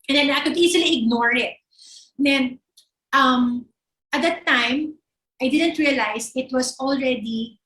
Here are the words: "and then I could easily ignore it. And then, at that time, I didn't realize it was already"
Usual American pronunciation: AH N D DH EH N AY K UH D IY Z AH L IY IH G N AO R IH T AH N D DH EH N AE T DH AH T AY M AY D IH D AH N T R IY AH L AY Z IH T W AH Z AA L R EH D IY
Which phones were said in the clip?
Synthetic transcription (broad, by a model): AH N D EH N AY K UH D IY S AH L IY IH G N AO R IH T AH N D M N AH T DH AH T AY M AY D IH D AH N T R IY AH L AY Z IH T W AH S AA L R EH D IY